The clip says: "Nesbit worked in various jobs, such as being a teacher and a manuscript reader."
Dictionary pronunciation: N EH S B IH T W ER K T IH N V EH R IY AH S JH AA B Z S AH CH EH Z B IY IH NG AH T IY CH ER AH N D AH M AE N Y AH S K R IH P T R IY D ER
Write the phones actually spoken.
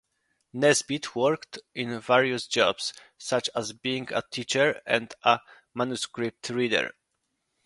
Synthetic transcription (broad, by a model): N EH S B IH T W ER K T IH N V EH R IY AH S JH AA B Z S AH CH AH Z B IY IH NG AH T IY CH ER AH N D AH M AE N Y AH S K R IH P T R IY D ER